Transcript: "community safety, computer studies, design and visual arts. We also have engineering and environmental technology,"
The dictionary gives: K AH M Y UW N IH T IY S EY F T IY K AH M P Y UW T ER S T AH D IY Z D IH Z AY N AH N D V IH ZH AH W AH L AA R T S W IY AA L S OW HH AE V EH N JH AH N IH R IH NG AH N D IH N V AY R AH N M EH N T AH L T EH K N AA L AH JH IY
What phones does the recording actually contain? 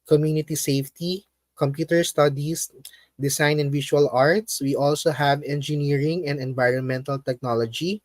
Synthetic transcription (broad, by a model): K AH M Y UW N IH T IY S EY F T IY K AH M P Y UW T ER S T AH D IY S D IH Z AY N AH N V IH SH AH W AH L AA R T S W IY AA L S OW HH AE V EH N JH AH N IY R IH NG AH N D IH N V AY R AH N M EH N T AH L T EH K N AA L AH JH IY